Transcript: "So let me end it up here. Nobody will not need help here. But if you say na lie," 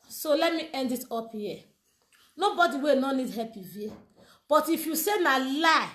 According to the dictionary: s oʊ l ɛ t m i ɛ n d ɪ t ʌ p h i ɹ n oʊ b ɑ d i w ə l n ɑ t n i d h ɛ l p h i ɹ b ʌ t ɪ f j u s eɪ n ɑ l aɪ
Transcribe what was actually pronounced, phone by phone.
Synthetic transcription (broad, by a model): s oʊ l ɛ t m i ɛ n d ɪ t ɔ p h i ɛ n oʊ b ɑ d i w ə n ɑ n i d h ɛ p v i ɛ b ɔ t ɪ f j u s eɪ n ɑ l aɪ